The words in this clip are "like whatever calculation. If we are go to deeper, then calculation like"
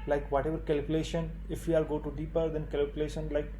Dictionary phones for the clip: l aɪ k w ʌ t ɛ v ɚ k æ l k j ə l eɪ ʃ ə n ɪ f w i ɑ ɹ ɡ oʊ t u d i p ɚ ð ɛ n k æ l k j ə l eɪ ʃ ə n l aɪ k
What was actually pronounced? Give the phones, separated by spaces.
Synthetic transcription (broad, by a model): l aɪ k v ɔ t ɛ v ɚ k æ l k j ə l eɪ ʃ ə n ɪ f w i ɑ l ɡ oʊ t u d i p ɚ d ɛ n k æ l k j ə l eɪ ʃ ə n l aɪ k